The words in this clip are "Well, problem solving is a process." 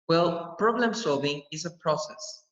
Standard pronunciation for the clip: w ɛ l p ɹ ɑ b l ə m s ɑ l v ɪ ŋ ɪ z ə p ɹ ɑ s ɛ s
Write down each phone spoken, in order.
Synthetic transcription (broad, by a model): w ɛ l p ɹ ɑ b l ə m s ɑ l v ɪ ŋ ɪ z ə p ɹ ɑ s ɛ s